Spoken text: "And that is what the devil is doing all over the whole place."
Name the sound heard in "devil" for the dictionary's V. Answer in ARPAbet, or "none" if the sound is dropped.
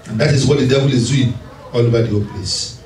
B